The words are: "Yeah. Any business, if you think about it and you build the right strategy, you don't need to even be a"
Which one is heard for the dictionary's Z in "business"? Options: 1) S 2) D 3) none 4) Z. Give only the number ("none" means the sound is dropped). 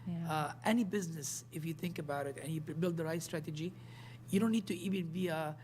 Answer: 4